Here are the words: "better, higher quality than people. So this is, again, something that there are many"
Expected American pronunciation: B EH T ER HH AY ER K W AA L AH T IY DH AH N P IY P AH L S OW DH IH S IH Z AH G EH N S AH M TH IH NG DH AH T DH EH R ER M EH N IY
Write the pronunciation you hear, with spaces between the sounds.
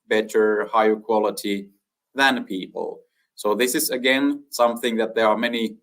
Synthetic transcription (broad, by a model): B EH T ER HH AY ER K W AA L AH T IY DH AH N P IY P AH L S OW DH IH S IH Z AH G EH N S AH M TH IH NG DH AH T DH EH R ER M EH N IY